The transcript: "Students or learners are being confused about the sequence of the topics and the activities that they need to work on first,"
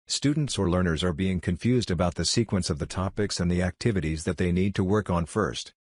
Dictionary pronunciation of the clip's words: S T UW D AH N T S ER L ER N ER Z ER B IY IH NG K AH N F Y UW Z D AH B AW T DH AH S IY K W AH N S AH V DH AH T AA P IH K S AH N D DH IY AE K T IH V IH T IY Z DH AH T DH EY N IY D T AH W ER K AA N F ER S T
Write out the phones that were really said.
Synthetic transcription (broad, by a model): S T UW D N T S ER L ER N ER Z ER B IY IH NG K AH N F Y UW Z D AH B AW T DH AH S IY K W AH N S AH V DH AH T AA P IH K S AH N DH IY AE K T IH V IH T IY Z DH AH T DH EY N IY D T AH W ER K N F ER S T